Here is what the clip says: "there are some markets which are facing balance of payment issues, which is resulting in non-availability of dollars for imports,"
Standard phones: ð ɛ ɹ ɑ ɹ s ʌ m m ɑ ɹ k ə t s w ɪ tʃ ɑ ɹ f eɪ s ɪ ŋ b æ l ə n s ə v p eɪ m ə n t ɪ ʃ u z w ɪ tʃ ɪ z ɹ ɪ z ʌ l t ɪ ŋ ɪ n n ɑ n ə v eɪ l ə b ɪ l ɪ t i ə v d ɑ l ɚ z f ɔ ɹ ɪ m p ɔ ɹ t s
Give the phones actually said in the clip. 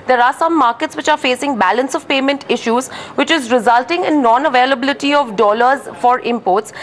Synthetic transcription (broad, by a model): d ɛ ɹ ɑ ɹ s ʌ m m ɑ ɹ k ə t s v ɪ tʃ ɑ ɹ f eɪ s ɪ ŋ b æ l ə n s ə v p eɪ m ə n t ɪ ʃ u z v ɪ tʃ ɪ z ɹ ɪ z ʌ l t ɪ ŋ ɪ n n ɑ n ə v eɪ l ə b ɪ l ɪ t i ə v d ɑ l ɚ z f ɔ ɹ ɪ m p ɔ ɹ t s